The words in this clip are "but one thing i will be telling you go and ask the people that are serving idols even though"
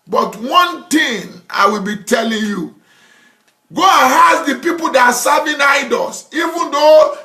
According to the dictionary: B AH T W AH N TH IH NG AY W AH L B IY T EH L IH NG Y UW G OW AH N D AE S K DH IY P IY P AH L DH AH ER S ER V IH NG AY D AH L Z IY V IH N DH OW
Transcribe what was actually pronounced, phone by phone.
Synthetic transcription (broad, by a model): B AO T W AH N T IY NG AY W AH L B IY T EH L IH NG Y UW G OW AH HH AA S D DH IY P IY P AH L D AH S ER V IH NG AY D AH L S IY V IH N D OW